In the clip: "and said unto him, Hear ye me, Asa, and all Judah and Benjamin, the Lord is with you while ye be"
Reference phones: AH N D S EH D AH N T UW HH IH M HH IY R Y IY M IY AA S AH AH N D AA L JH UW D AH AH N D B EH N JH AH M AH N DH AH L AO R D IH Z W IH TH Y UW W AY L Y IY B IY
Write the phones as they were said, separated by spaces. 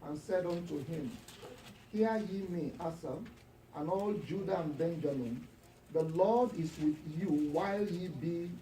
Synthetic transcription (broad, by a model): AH N S EH D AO N T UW HH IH M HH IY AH Y IY M IY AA S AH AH N AA L JH UW D AH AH N B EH N JH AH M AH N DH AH L AO D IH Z W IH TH Y UW W AY L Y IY B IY